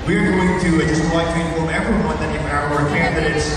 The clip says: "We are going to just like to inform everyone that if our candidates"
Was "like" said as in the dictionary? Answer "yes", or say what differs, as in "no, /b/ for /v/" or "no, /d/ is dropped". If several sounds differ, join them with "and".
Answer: no, /w/ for /l/